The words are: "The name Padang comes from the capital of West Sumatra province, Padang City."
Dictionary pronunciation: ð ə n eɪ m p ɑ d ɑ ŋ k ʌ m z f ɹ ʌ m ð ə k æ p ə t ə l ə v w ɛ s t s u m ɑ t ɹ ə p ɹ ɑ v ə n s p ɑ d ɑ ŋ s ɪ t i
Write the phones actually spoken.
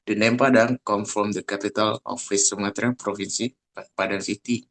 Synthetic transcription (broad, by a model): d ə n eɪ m p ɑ d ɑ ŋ k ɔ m f ɹ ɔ m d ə k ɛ p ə t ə l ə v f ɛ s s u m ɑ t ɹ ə p ɹ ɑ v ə n s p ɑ d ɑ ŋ s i t i